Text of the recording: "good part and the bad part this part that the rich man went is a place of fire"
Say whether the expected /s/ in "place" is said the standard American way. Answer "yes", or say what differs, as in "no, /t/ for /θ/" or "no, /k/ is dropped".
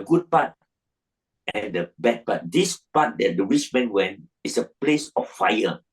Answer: yes